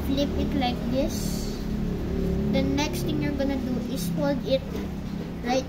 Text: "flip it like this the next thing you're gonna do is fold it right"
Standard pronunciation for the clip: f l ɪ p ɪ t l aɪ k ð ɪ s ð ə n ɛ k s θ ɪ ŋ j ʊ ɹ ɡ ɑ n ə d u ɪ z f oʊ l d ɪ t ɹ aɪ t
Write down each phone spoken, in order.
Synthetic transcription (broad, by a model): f l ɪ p ɪ t l aɪ k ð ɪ s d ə n ɛ k s t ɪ ŋ j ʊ ɹ ɡ ɑ n ə d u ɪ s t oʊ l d ɪ t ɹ aɪ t